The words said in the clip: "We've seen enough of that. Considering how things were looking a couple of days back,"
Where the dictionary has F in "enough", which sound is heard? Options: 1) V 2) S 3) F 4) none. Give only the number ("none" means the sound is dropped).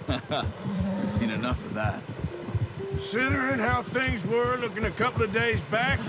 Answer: 3